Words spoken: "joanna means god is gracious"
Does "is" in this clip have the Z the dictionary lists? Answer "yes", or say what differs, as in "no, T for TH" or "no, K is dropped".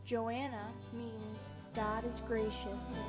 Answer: yes